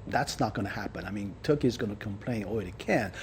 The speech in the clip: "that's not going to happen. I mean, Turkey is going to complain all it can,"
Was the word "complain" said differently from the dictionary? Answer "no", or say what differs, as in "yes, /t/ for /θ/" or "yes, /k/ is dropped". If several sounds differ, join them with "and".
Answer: no